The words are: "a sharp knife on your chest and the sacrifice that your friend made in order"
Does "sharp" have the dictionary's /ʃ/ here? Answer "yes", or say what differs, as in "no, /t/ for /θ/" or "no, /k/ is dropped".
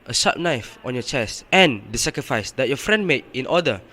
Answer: no, /s/ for /ʃ/